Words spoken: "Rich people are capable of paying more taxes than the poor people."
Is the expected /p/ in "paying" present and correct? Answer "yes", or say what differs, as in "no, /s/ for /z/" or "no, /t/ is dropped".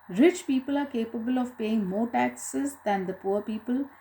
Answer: yes